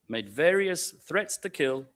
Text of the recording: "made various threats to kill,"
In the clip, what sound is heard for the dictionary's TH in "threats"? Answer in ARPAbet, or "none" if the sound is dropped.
TH